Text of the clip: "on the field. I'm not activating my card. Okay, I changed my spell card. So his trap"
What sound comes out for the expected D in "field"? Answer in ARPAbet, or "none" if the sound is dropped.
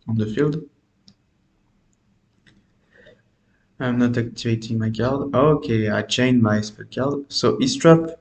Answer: D